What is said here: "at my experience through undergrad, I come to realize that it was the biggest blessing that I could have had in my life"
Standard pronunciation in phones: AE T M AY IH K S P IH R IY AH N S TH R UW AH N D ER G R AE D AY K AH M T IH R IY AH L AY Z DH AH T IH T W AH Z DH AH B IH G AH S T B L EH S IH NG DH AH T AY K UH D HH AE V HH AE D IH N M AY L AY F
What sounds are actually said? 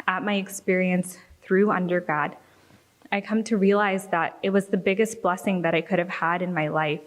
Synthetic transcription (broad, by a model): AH T M AY IH K S P IH R IY AH N S TH R UW AH N D ER G AA D AY K AH M T IH R IY AH L AY Z DH AH T IH T W AH Z DH AH B IH G AH S T B L EH S IH NG DH AH T AY K UH D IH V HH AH D IH N M AY L AY F